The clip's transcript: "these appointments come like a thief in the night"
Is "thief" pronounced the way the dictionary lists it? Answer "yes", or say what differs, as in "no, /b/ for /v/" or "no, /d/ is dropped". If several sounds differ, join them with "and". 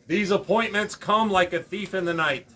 yes